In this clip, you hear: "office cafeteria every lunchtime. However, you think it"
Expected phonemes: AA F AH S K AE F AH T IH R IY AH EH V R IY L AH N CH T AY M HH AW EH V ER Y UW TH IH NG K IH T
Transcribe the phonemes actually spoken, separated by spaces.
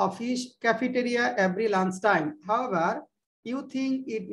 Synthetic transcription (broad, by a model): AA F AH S K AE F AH T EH R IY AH EH V R IY L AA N S T AY M HH AW EH V ER Y UW T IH NG K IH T